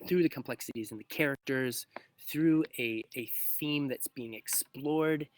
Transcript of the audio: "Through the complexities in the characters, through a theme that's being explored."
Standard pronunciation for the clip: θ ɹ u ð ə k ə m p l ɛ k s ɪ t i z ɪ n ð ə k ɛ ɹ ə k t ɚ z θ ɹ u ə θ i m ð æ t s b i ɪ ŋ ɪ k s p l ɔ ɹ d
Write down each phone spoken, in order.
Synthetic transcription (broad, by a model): θ ɹ u ð ə k ə m p l ɛ k s ɪ t i z ɪ n ð ə k ɛ ɹ ə k t ɚ z θ ɹ u ə θ i m ð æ t s b i ɪ ŋ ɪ k s p l ɔ ɹ d